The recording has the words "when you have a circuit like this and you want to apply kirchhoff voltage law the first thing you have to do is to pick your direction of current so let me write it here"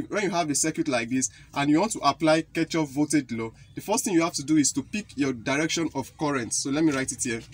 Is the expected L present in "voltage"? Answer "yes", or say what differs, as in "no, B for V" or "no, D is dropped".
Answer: no, L is dropped